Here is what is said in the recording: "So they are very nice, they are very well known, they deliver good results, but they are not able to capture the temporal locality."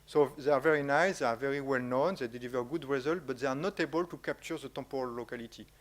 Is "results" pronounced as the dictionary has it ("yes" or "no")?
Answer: no